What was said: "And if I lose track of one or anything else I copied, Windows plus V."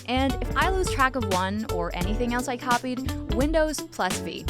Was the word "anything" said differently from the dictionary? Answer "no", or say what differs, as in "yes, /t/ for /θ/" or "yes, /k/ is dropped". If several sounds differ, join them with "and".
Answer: no